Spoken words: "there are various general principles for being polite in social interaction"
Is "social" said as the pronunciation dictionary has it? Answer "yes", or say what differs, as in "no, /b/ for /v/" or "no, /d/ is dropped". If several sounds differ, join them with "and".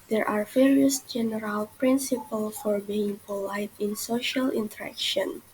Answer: yes